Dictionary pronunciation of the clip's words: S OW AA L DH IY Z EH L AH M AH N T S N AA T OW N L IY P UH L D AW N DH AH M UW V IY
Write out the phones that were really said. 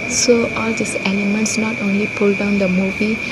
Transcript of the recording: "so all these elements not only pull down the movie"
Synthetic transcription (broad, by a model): S OW AA L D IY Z EH L AH M AH N T S N AA T OW N L IY P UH L D AW N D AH M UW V IY